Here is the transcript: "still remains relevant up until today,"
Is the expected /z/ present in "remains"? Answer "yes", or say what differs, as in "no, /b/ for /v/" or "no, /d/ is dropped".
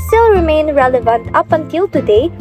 no, /z/ is dropped